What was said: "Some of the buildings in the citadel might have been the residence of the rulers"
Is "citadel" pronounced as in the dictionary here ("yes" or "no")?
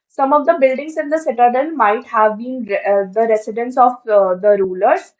no